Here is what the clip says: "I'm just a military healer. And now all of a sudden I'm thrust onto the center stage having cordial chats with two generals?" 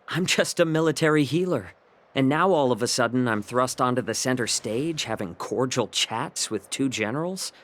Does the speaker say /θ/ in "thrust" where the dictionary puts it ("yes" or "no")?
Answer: yes